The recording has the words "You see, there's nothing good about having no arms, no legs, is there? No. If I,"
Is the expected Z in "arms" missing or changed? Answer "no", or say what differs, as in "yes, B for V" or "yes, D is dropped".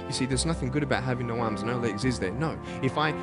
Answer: no